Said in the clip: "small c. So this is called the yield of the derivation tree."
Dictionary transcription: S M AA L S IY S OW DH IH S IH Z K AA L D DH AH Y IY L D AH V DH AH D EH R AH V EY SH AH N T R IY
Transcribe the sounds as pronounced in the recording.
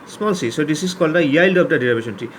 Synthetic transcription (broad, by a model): S M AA L S IY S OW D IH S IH S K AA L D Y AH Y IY L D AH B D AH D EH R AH B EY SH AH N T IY